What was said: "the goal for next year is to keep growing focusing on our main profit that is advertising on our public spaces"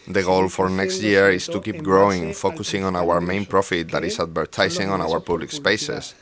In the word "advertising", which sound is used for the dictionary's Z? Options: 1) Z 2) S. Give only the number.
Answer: 2